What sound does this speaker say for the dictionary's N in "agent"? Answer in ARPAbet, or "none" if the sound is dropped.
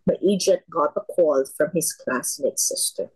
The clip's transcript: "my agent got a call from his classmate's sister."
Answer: none